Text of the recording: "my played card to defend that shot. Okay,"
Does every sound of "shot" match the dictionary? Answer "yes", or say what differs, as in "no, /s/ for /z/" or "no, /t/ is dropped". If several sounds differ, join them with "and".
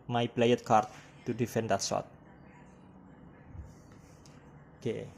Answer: no, /s/ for /ʃ/